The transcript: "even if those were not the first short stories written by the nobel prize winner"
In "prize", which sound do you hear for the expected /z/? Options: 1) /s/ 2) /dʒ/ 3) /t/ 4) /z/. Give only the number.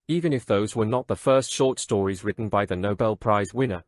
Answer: 4